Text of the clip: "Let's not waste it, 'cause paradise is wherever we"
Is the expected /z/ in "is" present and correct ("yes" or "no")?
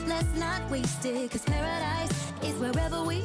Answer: yes